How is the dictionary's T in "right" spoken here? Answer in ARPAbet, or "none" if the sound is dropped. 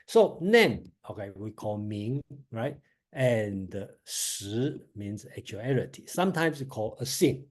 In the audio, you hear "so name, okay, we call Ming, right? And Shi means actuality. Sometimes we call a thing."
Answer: T